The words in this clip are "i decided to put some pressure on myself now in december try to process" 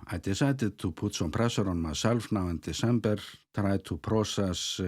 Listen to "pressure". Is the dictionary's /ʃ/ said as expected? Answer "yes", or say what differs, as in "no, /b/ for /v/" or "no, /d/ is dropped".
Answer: no, /s/ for /ʃ/